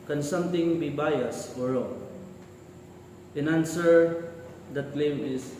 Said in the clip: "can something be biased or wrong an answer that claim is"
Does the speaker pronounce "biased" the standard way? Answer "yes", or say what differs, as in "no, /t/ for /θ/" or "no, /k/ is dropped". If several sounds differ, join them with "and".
no, /t/ is dropped